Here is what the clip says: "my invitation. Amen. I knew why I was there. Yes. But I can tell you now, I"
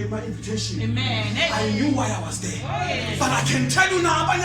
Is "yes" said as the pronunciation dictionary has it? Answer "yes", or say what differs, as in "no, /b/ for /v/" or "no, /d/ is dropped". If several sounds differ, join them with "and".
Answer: no, /s/ is dropped